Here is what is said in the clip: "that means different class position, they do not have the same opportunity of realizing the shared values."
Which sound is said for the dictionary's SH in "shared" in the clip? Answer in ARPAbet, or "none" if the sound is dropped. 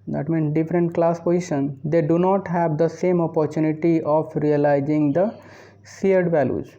S